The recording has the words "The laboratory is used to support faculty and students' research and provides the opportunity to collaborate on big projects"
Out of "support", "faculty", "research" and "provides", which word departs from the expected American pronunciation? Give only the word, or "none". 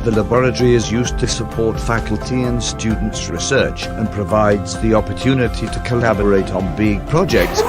none